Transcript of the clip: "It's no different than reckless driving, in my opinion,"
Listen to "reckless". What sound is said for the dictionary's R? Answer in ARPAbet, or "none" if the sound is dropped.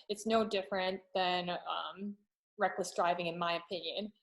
R